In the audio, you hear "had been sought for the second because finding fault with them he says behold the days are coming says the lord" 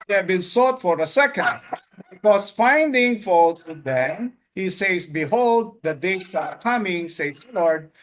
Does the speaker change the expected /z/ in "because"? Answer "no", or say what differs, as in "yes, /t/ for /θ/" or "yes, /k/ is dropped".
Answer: yes, /s/ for /z/